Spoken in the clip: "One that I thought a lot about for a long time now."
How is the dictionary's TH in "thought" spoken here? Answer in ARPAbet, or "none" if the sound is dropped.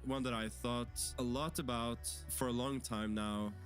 TH